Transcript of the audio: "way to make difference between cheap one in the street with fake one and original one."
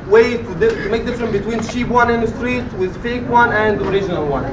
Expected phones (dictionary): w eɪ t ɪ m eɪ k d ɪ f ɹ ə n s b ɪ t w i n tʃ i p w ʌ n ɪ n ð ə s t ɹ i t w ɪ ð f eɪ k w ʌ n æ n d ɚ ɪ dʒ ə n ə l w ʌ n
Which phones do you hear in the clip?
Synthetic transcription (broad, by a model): w eɪ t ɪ m eɪ k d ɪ f ɹ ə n b ɪ t w i n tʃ i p w ʌ n ɪ n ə s t ɹ i t w ɪ ð f eɪ k w ʌ n æ n d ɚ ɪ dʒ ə n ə l w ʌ n